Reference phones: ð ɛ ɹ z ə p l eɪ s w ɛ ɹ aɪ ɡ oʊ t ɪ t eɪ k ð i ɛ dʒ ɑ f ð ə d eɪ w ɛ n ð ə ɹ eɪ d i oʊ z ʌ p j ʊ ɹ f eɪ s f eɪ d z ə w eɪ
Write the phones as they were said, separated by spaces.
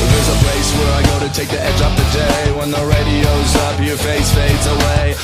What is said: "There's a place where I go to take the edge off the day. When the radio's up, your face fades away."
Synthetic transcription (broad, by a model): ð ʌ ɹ z ə p l eɪ s w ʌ ɹ aɪ ɡ oʊ t ɪ t eɪ k ð i ɛ dʒ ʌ p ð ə d eɪ w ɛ n ð ə ɹ eɪ d i oʊ z ʌ p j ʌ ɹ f eɪ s f eɪ d z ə w eɪ